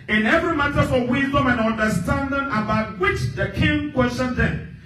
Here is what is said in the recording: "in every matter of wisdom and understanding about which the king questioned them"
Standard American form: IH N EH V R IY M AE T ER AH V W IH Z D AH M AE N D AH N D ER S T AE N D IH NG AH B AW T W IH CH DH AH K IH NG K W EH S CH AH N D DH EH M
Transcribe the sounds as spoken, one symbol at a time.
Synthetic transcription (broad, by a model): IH N EH V R IY M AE T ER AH F W IH Z D AH M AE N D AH N D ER S T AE N D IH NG AH B AW T W IH CH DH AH K IH NG K W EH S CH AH N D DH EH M